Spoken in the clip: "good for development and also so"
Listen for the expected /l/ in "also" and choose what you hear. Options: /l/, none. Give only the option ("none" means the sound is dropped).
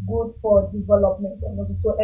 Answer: none